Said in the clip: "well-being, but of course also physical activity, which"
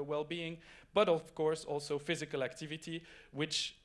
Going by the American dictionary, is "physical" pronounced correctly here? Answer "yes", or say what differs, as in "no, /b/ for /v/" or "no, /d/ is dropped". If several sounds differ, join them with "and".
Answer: yes